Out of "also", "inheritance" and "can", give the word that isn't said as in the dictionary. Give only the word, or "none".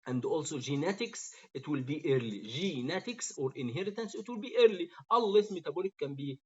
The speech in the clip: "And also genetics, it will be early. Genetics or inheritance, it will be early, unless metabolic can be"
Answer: none